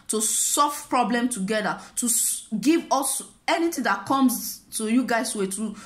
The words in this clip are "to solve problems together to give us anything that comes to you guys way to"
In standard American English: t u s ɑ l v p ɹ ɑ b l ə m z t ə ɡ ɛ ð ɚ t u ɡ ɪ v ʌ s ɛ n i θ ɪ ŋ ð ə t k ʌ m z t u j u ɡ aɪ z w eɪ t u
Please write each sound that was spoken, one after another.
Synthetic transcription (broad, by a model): t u s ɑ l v p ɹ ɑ b l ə m t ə ɡ ɛ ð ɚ t u ɡ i v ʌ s ɛ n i t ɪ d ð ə t k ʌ m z t u j u ɡ aɪ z w eɪ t u